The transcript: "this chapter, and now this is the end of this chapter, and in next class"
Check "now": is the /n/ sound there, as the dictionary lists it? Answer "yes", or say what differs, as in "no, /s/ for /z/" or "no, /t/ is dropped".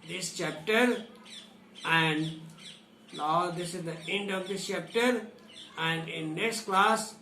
no, /l/ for /n/